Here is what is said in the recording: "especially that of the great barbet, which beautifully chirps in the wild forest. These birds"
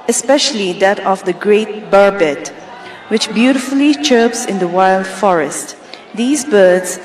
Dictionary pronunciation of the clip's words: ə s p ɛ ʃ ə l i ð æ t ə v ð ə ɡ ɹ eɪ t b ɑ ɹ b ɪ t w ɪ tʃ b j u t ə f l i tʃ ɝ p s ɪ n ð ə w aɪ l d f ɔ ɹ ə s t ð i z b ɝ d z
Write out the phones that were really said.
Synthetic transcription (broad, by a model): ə s p ɛ ʃ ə l i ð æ t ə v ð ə ɡ ɹ eɪ t b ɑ ɹ b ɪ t w ɪ tʃ b j u t ə f l i tʃ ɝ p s ɪ n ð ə w aɪ l d f ɔ ɹ ə s t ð i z b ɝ d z